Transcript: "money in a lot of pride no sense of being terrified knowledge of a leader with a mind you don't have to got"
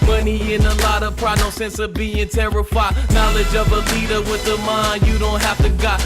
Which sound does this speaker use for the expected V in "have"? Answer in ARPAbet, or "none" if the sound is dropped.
F